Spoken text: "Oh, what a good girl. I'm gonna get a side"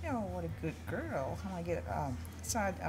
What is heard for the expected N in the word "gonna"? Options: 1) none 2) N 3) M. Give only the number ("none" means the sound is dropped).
1